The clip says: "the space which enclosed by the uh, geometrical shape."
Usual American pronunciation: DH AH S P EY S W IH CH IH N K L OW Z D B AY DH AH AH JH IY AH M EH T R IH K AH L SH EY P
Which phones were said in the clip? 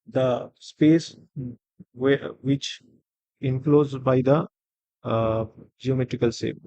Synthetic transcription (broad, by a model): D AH S P EY S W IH CH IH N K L OW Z B AY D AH AH JH IY AH M EH T R IH K AH L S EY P